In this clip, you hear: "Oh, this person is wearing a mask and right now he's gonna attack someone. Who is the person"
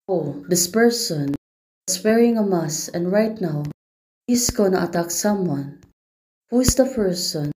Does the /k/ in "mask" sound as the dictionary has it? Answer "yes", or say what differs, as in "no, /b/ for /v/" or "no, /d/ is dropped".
no, /k/ is dropped